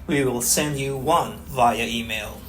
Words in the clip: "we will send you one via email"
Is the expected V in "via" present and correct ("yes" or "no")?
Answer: yes